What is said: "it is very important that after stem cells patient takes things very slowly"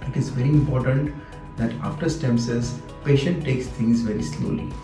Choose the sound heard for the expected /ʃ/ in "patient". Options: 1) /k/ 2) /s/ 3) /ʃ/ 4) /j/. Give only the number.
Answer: 3